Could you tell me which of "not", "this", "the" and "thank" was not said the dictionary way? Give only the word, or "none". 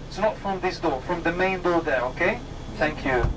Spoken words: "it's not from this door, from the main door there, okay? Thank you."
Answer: none